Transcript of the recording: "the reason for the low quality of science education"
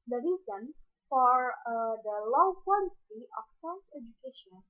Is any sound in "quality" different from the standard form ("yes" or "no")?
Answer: yes